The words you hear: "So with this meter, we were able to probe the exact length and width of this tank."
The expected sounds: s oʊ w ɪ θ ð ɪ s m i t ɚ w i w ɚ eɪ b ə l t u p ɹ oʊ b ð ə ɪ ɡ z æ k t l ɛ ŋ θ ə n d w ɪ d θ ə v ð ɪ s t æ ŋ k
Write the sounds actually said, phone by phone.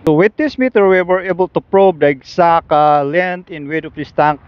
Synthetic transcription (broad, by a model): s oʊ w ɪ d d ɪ s m i t ɚ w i w ɚ eɪ b ə l t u p ɹ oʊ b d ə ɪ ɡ s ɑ k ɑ l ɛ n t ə n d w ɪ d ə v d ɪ s t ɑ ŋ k